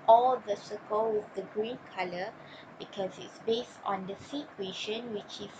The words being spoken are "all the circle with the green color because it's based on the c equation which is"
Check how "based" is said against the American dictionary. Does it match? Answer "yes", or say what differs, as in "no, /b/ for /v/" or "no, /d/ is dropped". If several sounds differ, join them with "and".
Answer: yes